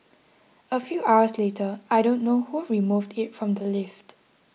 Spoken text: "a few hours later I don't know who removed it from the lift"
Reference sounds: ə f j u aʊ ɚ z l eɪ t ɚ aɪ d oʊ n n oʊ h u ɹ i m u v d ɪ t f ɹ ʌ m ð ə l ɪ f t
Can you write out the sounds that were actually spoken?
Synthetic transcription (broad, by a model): ə f j u aʊ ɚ s l eɪ t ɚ aɪ d oʊ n n oʊ h u ɹ i m u v d ɪ t f ɹ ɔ m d ə l ɪ f t